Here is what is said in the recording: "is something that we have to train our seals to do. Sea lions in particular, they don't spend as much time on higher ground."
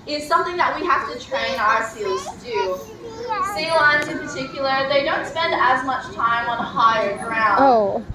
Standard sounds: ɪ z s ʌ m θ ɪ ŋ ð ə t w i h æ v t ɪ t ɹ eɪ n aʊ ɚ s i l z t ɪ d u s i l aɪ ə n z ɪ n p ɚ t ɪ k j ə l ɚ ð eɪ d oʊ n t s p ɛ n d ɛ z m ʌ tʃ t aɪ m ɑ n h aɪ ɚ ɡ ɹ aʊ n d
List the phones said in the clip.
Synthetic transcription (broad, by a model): ɪ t s ʌ m θ ɪ ŋ ð ə t w i h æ f t ɪ t ɹ eɪ n aʊ ɚ s i l z t ɪ d u s i l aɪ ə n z ɪ n p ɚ t ɪ k j l ɚ ð eɪ d oʊ n t s p ɛ n d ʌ z m ʌ tʃ t aɪ m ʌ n h aɪ ɚ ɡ ɹ aʊ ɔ